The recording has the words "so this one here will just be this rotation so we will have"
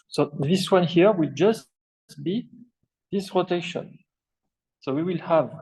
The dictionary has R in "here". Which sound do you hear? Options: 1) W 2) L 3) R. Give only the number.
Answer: 3